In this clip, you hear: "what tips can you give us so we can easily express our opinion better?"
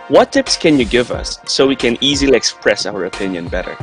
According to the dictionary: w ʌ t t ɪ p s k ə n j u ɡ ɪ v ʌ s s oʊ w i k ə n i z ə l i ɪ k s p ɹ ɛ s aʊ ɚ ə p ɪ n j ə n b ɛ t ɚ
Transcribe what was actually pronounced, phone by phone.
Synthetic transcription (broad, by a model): w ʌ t t ɪ p s k ə n j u ɡ ɪ v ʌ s s oʊ w i k ə n i z ə l i ɪ k s p ɹ ɛ s aʊ ɚ ə p ɪ n j ə n b ɛ t ɚ